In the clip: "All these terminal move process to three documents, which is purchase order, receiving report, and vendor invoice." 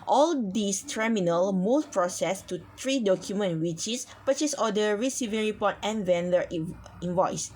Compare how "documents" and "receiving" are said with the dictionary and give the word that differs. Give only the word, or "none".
documents